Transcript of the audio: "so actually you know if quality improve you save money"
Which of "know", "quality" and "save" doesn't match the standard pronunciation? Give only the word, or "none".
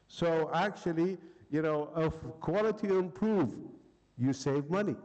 none